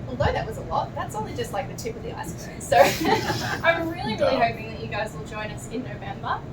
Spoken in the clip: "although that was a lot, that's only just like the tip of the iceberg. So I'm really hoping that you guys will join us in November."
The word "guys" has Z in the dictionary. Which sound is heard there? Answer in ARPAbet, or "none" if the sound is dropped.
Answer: Z